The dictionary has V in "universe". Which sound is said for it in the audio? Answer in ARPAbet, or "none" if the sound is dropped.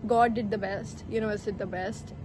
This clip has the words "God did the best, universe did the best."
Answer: none